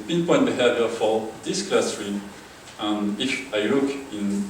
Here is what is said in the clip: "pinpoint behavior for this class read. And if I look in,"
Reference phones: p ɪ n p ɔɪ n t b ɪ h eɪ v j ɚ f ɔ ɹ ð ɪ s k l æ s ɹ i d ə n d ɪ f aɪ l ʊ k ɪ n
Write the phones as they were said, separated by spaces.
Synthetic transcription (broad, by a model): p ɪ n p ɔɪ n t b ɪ h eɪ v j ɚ f ɔ ɹ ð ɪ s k l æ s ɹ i ə n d ɪ f aɪ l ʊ k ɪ n